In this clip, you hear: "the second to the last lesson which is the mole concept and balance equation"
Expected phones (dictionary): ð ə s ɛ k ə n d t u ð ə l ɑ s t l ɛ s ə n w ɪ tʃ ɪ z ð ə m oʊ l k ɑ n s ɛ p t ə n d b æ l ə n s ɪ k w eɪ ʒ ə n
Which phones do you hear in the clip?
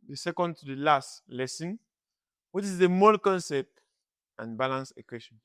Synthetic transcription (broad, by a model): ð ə s ɛ k ə n d t u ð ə l ɑ s t l ɛ s ə n w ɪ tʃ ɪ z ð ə m oʊ l k ɑ n s ɛ p t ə n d b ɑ l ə n s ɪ k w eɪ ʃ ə n